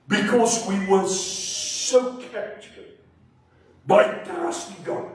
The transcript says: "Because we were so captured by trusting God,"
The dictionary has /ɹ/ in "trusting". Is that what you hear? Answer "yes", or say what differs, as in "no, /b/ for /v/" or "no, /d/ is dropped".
no, /ɹ/ is dropped